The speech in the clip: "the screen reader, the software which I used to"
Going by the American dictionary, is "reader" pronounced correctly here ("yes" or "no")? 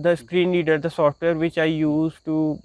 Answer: no